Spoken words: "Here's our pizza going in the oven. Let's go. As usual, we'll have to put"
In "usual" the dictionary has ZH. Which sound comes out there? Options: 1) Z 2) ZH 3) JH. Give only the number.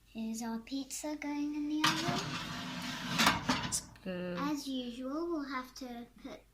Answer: 2